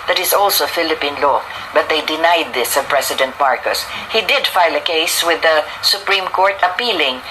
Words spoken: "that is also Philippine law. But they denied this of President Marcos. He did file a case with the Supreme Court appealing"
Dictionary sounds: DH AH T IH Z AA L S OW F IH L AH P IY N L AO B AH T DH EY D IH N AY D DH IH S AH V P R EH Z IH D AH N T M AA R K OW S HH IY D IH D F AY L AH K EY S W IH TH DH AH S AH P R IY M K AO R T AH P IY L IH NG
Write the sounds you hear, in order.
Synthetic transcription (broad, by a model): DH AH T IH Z AA L S OW F IH L AH P IY N L AO B AH T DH EY D IH N AY D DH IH S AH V P R EH S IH D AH N T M AA R K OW S HH IY D IH D F AY L AH K EY S W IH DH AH S AH P R IY M K AO R T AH P IY L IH NG